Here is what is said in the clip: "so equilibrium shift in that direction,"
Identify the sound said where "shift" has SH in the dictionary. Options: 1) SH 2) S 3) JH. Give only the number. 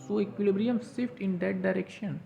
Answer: 2